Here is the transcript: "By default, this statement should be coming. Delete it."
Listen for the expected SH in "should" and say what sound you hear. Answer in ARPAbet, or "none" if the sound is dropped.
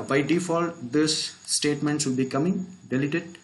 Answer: S